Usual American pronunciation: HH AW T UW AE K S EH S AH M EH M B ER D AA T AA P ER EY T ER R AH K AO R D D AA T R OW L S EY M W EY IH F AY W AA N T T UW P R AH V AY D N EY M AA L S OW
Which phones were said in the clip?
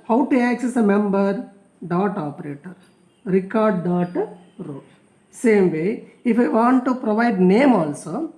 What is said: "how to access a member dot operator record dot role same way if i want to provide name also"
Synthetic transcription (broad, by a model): HH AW T UW AE K S EH S AH M EH M B ER D AA T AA P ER EY T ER R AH K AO R D D AA T R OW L S EY M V EY IH F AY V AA N T T UW P R AH V AY D N EY M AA L S OW